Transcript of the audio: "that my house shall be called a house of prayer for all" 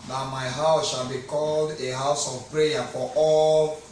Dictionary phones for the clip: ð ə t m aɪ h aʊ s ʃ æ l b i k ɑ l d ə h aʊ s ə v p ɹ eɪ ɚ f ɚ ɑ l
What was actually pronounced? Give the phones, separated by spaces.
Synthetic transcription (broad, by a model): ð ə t m aɪ h aʊ s ʃ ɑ l b i k ɑ l d ə h aʊ s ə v p ɹ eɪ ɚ f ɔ ɑ l